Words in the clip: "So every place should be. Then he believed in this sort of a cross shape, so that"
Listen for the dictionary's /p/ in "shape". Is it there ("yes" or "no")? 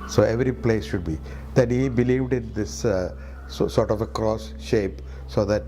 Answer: yes